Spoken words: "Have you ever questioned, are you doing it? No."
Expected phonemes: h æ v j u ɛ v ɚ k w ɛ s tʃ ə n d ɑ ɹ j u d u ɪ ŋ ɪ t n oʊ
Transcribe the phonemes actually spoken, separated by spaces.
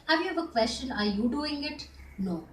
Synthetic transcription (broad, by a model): h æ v j u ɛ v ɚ k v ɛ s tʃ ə n ɑ ɹ j u d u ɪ ŋ ɪ t n oʊ